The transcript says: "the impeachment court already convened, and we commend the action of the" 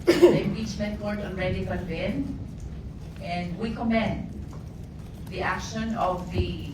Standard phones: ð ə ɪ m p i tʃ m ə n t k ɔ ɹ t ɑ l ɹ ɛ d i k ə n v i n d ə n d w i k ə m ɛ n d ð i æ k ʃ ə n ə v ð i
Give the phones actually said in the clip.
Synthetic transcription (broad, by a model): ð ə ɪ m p i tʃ m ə n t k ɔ ɹ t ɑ n ɹ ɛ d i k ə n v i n ə n d w i k ə m ɛ n d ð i æ k ʃ ə n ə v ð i